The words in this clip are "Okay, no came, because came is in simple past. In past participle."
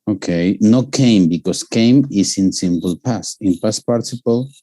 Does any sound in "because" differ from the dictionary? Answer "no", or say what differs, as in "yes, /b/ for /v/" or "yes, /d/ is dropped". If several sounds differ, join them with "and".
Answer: yes, /s/ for /z/